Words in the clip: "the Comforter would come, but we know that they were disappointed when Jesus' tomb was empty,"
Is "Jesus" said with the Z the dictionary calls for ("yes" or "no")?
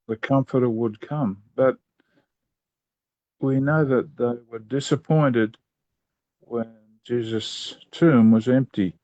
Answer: yes